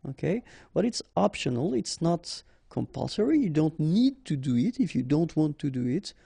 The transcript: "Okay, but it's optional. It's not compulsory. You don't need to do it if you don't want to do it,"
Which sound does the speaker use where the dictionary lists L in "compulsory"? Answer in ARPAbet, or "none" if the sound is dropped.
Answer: L